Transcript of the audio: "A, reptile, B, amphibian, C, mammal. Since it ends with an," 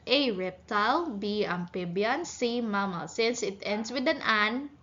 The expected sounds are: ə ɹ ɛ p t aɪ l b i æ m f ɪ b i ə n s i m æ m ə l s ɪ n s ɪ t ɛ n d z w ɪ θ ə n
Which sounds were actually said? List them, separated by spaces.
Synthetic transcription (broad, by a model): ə ɹ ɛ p t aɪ l b i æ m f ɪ b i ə n s i m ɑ m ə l s ɪ n s ɪ t ɛ n d s w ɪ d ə n